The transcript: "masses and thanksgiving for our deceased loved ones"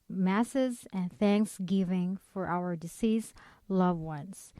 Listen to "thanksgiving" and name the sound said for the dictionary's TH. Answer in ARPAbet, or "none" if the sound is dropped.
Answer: TH